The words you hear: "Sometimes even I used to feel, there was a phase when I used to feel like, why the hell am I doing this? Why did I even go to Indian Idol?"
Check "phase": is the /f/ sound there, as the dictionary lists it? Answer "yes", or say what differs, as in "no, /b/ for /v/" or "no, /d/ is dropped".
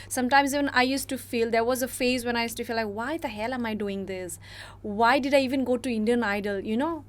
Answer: yes